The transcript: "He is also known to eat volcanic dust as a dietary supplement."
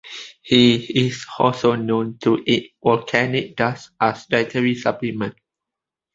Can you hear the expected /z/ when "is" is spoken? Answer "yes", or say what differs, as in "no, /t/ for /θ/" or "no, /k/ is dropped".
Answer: no, /s/ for /z/